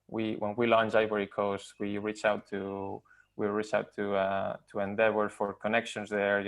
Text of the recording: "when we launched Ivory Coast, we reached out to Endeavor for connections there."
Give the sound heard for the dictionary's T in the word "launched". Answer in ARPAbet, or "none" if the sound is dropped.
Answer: none